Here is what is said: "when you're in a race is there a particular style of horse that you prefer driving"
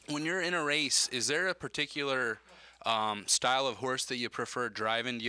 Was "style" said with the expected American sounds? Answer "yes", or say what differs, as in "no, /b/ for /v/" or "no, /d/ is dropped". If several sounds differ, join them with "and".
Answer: yes